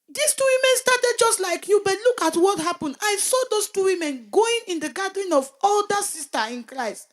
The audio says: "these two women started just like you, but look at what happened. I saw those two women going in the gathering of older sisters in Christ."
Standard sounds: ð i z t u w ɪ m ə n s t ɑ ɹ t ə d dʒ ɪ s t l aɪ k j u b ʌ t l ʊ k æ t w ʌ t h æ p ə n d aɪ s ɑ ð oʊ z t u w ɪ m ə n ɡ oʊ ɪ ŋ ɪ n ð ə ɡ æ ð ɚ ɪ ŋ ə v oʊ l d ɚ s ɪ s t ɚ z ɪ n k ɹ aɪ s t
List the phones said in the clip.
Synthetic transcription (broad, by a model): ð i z t u w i m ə n s t ɑ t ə d dʒ ɪ s t l aɪ k j u b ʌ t l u k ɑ t w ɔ t h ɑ p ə n d aɪ s ɑ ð oʊ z t u w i m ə n ɡ oʊ ɪ ŋ ɪ n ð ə ɡ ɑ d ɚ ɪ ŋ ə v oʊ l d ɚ s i s t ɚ ɪ n k ɹ aɪ s t